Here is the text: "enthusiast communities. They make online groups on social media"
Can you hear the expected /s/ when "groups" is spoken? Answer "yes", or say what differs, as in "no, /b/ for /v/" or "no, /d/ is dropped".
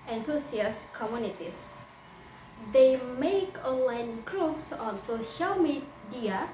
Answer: yes